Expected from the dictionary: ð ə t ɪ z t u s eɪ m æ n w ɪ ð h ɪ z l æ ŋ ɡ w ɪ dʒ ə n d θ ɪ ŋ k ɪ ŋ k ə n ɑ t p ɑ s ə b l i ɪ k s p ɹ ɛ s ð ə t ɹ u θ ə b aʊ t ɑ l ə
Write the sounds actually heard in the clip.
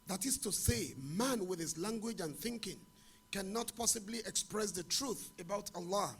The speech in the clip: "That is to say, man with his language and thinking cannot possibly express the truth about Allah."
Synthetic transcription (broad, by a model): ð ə t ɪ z t u s eɪ m æ n w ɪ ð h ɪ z l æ ŋ ɡ w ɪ dʒ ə n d θ ɪ ŋ k ɪ ŋ k ə n ɑ t p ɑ s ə b l i ɪ k s p ɹ ɛ s ð ə t ɹ u θ ə b aʊ t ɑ l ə